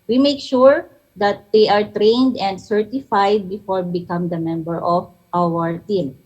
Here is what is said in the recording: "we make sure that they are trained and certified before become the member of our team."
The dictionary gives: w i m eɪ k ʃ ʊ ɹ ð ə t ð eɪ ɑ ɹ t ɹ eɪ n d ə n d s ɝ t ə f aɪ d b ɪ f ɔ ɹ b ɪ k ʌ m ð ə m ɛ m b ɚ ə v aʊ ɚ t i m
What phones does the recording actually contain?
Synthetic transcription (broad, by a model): w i m eɪ k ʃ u ɹ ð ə t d eɪ ɑ ɹ t ɹ eɪ n d ə n d s ɝ t ə f aɪ d b ɪ f ɔ ɹ b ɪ k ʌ m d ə m ɛ m b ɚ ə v aʊ ɚ t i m